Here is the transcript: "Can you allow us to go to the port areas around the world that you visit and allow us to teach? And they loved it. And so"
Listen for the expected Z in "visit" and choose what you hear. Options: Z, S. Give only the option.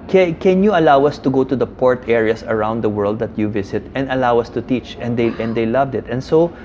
S